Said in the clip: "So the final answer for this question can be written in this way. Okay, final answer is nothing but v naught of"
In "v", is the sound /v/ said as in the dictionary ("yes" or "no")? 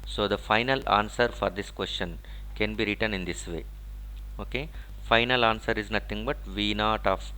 yes